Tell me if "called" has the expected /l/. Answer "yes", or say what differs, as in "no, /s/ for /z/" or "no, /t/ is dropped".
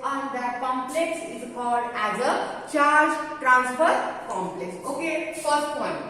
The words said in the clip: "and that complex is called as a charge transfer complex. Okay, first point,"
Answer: yes